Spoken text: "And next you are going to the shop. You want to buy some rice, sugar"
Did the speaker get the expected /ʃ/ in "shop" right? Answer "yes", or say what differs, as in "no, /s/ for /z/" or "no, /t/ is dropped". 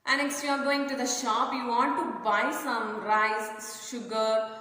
yes